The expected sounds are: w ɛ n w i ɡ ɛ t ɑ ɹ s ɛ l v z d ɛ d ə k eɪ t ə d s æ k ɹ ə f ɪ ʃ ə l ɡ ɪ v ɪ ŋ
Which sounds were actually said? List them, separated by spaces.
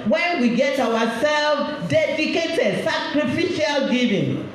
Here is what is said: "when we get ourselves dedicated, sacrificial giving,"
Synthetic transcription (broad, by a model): w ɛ n w i ɡ ɛ t ɑ w s ɛ l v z d ɛ d ə k eɪ t ə d s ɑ k ɹ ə f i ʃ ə l ɡ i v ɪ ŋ